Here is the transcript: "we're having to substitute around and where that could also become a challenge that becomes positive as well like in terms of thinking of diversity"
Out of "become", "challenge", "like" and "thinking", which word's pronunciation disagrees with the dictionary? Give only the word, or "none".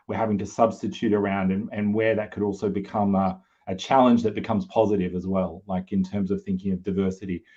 none